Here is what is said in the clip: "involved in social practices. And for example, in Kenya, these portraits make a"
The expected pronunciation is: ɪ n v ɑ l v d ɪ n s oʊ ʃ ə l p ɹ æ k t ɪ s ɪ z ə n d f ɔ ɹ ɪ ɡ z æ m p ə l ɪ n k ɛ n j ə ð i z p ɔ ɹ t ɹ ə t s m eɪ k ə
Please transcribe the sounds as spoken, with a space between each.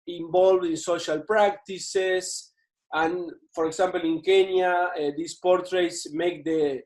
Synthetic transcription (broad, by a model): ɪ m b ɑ l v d ɪ n s oʊ ʃ ə l p ɹ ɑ k t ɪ s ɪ s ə n f ɔ ɹ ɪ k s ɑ m p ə l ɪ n k ɛ n j ə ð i s p ɔ ɹ t ɹ ə t s m eɪ k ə